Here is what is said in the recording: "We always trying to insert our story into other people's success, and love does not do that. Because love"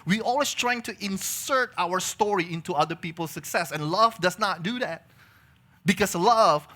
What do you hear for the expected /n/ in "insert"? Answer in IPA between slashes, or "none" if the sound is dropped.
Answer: /n/